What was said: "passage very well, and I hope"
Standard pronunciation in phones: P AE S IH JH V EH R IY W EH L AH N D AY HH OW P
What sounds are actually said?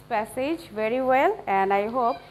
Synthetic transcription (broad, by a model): P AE S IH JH V EH R IY W EH L AH N D AY HH OW P